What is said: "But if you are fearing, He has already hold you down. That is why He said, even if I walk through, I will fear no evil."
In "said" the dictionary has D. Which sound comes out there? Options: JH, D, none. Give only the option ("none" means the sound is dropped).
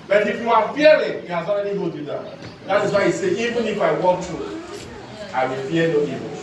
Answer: none